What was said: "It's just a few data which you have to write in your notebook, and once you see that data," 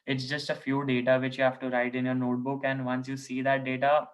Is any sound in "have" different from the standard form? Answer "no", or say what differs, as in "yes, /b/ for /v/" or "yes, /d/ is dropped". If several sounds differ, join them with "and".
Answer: yes, /f/ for /v/